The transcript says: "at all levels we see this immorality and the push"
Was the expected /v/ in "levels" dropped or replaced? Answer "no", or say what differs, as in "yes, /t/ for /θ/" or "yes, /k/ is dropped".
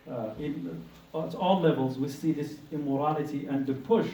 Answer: no